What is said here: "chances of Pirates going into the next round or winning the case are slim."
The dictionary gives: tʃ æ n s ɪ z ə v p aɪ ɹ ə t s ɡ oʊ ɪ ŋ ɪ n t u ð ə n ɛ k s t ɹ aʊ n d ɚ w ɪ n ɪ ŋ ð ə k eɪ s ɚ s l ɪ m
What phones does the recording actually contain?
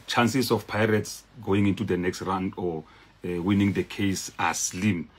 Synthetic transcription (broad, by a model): tʃ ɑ n s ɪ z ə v p aɪ ɹ ə t s ɡ oʊ ɪ ŋ ɪ n t u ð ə n ɛ k s t ɹ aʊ n d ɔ w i n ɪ ŋ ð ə k eɪ s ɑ s l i m